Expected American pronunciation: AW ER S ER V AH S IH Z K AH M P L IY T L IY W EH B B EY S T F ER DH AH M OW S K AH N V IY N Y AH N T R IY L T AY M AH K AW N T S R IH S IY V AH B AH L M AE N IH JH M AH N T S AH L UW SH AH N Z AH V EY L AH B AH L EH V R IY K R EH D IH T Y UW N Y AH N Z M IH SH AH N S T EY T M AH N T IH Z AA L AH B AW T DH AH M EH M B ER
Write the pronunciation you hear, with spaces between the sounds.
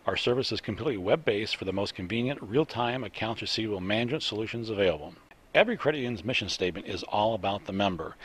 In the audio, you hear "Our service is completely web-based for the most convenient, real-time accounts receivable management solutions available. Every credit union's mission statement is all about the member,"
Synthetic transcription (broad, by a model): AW ER S ER V AH S IH Z K M P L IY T L IY W EH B B EY S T F ER DH AH M OW S K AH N V IY N Y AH N T R IY L T AY M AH K AW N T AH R S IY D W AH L M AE N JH AH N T S AH L UW SH AH N Z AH V EY L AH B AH L EH V R IY K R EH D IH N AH N Z M IH SH AH N S T EY T M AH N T IH Z AA L AH B AW T DH AH M EH M B ER